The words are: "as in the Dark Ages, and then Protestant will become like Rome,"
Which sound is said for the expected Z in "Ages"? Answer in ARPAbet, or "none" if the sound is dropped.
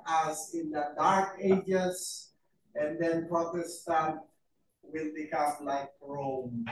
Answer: S